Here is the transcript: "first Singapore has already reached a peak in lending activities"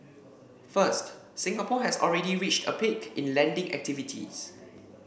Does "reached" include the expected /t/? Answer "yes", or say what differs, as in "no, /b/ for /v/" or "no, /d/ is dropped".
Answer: yes